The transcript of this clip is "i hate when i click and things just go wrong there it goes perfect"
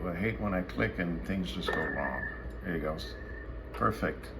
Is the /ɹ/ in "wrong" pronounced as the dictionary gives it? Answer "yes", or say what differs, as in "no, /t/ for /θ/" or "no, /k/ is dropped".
no, /l/ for /ɹ/